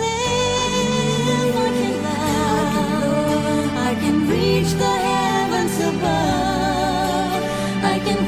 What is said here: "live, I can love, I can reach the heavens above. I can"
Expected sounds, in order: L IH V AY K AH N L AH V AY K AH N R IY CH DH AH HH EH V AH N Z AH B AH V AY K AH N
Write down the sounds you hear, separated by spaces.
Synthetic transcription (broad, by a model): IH AY K AH N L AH AY K AH N R IY CH DH AH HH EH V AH N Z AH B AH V AY K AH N